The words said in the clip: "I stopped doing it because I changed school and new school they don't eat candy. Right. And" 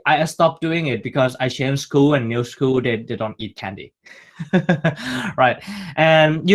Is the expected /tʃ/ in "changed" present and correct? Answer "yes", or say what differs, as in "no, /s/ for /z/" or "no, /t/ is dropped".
no, /ʃ/ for /tʃ/